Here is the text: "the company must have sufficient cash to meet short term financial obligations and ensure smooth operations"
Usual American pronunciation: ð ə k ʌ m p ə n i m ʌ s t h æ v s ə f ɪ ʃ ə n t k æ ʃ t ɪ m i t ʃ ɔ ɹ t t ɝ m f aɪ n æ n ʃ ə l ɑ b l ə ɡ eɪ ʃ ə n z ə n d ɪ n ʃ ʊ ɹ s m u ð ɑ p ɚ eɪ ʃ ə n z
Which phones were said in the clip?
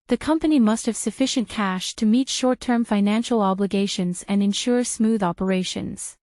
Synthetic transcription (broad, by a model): ð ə k ʌ m p ə n i m ʌ s t h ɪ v s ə f ɪ ʃ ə n k æ ʃ t ɪ m i t ʃ ɔ ɹ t t ɝ m f aɪ n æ n ʃ l ɑ b l ə ɡ eɪ ʃ ə n z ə n ɪ n ʃ ʊ ɹ s m u ð ɑ p ɚ eɪ ʃ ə n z